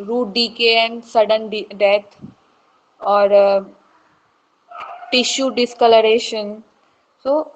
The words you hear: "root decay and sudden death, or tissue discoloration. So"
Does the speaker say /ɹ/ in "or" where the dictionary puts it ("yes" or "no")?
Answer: yes